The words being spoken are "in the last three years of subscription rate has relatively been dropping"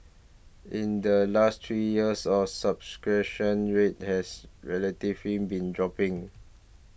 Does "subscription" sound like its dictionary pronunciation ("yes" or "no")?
no